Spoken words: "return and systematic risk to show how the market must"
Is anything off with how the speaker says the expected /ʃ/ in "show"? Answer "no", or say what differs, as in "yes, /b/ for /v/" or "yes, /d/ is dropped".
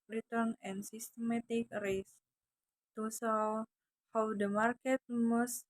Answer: yes, /s/ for /ʃ/